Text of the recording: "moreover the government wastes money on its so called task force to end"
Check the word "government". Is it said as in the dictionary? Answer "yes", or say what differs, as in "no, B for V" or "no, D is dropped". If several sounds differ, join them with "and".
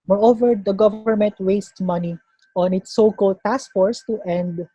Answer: yes